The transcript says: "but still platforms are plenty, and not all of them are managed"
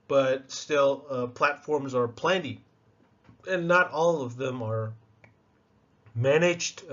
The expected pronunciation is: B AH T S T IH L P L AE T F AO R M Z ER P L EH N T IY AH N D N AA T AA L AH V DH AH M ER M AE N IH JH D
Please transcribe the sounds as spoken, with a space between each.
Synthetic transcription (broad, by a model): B AH T S T IH L P L AE T F AO R M Z ER P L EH N T IY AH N N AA T AA L AH V DH AH M ER M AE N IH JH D